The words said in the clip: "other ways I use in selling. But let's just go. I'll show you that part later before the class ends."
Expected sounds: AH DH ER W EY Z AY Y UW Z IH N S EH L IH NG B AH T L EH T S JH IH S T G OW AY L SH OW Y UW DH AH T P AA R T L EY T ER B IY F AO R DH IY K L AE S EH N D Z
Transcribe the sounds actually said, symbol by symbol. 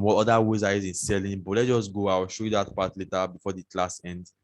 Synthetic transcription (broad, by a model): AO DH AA W EY Z AY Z IH N S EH L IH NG B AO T L EH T JH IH S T G OW AY W SH OW Y UW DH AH T P AA T L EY T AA B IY F AO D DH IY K L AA S EH N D